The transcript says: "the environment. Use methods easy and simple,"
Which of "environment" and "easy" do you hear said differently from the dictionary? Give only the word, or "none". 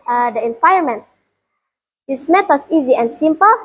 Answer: environment